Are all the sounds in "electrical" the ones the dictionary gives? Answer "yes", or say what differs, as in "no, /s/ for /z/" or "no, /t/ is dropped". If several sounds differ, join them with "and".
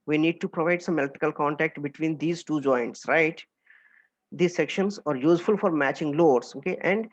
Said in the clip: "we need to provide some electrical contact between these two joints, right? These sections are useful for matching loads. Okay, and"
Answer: no, /ɹ/ is dropped